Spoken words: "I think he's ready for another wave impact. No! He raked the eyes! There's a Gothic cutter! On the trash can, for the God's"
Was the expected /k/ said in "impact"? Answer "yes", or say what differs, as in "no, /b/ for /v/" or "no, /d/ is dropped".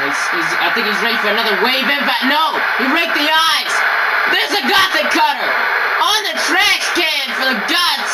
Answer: no, /k/ is dropped